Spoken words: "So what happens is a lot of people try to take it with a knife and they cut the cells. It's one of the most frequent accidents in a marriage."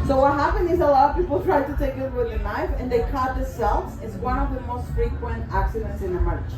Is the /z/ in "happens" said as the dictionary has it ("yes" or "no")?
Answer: no